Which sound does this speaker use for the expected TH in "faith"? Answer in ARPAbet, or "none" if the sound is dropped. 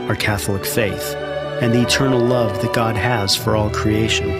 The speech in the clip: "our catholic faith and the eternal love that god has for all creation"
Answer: TH